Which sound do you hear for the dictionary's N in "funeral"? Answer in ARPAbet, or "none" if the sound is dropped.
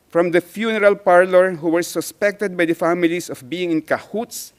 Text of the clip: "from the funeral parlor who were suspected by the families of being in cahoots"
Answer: N